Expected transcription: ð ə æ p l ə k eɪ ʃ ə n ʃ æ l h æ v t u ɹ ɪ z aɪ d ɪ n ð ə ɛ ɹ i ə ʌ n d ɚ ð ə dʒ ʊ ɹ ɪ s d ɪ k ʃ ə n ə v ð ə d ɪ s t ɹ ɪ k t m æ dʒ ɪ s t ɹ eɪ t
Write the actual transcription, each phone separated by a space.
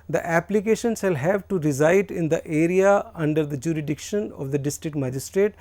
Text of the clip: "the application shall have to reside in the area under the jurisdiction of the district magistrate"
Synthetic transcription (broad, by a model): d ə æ p l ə k eɪ ʃ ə n s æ l h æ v t u ɹ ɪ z aɪ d ɪ n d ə ɛ ɹ i ə ʌ n d ɚ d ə dʒ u ɹ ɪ d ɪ k ʃ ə n ə v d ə d ɪ s t ɹ ɪ k t m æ dʒ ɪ s t ɹ eɪ t